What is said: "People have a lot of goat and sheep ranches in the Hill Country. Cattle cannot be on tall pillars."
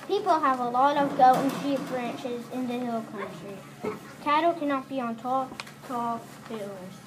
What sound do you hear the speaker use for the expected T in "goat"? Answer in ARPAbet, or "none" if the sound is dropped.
none